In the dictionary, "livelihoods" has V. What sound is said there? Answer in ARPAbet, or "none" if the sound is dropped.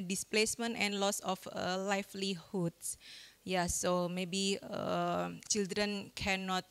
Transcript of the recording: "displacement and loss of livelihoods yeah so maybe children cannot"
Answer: F